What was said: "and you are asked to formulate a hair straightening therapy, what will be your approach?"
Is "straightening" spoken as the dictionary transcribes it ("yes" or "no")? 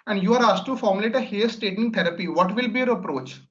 no